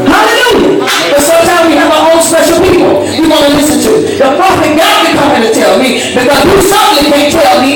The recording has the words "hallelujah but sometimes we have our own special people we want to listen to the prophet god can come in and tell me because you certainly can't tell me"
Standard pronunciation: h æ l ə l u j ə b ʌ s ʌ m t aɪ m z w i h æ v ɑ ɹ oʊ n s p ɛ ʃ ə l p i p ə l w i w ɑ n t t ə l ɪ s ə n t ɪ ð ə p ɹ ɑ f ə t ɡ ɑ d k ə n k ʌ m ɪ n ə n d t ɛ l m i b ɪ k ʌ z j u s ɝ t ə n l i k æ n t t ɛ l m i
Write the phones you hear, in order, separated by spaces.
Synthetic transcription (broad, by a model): h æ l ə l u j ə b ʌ s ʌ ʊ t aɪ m w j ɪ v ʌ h oʊ l s p ɛ ʃ l p i p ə l w i w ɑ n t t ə l ɪ s ə n t ɪ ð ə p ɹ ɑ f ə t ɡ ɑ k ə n k ʌ m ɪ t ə t ɛ l m i b ɪ k ʌ z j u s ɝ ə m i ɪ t t ɛ l m i